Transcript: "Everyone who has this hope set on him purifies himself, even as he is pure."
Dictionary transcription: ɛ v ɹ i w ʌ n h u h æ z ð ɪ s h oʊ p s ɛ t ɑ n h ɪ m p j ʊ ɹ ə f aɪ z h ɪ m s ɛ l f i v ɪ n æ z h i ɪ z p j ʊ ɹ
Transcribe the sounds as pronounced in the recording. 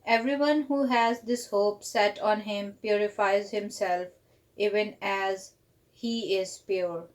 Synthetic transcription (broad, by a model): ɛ v ɹ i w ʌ n h u h æ z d ɪ s h oʊ p s ɛ t ɑ n h ɪ m p j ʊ ɹ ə f aɪ z h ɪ m s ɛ l f i v ɪ n æ z h i ɪ z p j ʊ ɹ